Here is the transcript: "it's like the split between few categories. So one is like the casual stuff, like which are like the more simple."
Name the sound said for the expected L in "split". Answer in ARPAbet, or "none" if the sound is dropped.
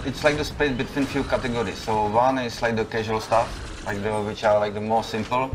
none